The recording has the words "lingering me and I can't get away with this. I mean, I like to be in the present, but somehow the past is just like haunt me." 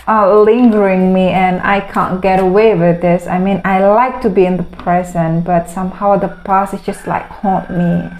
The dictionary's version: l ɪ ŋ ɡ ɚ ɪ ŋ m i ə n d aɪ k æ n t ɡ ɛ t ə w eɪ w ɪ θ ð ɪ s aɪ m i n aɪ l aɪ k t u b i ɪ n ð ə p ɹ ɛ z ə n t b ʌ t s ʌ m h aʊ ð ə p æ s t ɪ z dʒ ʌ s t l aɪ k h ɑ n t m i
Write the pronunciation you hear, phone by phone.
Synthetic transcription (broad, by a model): l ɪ ŋ ɡ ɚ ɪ ŋ m i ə n aɪ k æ n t ɡ ɛ t ə w eɪ w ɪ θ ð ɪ s aɪ m i n aɪ l aɪ k t u b i ɪ n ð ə p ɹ ɛ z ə n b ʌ t s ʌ m h aʊ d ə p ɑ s ɪ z dʒ ʌ s t l aɪ k h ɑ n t m i